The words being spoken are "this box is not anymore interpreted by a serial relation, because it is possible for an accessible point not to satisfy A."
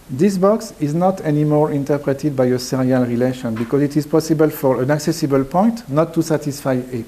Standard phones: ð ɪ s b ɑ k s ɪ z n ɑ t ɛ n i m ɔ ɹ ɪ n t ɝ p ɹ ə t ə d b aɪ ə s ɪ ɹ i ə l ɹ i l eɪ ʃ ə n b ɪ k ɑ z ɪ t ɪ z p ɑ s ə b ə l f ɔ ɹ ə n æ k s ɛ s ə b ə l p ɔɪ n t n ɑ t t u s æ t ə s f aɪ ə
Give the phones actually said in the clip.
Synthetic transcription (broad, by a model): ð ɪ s b ɑ k s ɪ z n ɑ t ɛ n i m ɔ ɹ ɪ n t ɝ p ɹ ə t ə d b aɪ ə s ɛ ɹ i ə l ɹ i l eɪ ʃ ə n b ɪ k ɑ z ɪ t ɪ z p ɑ s ə b ə l f ɔ ɹ ə n æ k s ɛ s ə b ə l p ɔɪ n t n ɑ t t u s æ t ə s f aɪ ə